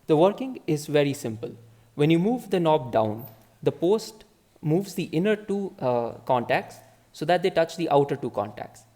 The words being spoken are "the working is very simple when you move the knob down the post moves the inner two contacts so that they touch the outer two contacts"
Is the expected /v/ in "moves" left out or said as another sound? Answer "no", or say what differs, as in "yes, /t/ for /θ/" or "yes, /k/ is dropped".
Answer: no